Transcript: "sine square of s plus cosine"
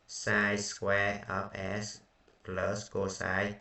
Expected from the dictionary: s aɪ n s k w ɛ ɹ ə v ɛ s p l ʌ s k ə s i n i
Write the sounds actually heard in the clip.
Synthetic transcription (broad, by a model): s aɪ s k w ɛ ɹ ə p ɛ s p l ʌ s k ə s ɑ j